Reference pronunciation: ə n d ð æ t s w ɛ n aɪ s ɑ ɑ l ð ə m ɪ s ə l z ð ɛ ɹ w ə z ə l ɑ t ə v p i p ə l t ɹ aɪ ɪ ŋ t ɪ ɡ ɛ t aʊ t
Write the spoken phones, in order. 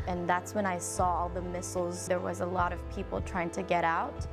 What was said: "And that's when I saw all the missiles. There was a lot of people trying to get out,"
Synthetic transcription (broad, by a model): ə n ð æ t s w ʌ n aɪ s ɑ ɑ ð ə m ɪ s l z ð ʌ ɹ w ə z ə l ɑ t ə v p i p l t ɹ aɪ ɪ ŋ t ɪ ɡ ɛ t aʊ t